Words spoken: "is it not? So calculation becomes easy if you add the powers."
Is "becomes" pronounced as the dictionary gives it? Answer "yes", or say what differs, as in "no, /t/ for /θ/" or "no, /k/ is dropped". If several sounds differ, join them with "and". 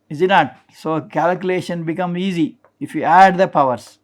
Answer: no, /z/ is dropped